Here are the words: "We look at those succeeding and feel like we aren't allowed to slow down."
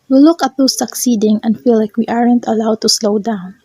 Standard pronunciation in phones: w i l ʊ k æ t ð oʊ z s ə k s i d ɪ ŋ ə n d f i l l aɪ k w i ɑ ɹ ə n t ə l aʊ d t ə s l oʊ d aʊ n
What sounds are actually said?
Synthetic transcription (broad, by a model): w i l ʊ k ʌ t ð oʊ s ə k s i d ɪ ŋ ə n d f i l l aɪ k w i ɑ ɹ ə n t ə l aʊ d t ə s l oʊ d aʊ n